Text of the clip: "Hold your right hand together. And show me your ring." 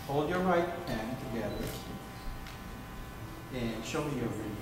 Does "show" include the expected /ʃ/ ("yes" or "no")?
yes